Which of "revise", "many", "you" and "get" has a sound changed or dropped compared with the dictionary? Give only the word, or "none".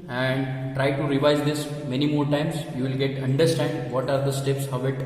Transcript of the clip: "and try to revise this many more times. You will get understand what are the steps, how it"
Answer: none